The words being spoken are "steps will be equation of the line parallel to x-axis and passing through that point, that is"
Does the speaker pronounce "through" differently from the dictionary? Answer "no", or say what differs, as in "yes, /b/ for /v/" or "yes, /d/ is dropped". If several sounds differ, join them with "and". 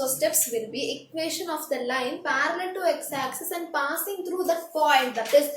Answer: yes, /t/ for /θ/